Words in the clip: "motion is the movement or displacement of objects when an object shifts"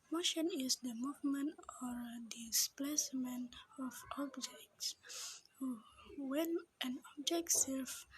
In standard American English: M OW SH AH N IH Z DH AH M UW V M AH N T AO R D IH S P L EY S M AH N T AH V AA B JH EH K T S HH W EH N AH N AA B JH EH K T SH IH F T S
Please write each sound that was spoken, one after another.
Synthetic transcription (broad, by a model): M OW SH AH N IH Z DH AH M UW V M AH N T AO R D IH S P L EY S M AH N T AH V AA B JH EH K T S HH W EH N AH N AA B JH EH K T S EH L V